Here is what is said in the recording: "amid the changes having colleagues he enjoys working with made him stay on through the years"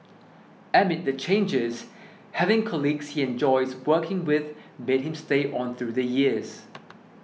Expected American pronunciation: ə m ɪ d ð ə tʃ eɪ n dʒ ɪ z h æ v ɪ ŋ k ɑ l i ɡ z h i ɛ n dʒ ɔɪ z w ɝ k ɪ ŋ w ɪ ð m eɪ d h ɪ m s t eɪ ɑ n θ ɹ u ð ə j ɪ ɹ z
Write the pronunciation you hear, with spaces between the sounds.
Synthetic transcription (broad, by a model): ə m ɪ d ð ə tʃ eɪ n dʒ ɪ z h æ v ɪ ŋ k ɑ l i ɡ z h i ɛ n dʒ ɔɪ z w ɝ k ɪ ŋ w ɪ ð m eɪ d h ɪ m s t eɪ ɑ n θ ɹ u ð ə j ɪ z